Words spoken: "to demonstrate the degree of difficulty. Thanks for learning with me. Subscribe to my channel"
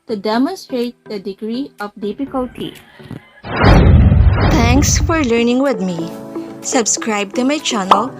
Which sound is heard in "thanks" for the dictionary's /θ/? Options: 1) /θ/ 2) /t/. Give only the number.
2